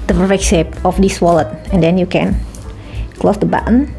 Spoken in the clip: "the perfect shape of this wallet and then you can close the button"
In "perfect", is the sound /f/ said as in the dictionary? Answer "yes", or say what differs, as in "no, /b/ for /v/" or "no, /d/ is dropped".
no, /f/ is dropped